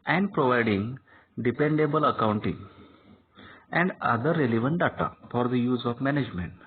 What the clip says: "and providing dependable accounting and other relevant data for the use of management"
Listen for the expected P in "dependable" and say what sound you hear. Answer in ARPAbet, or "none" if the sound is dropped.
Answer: P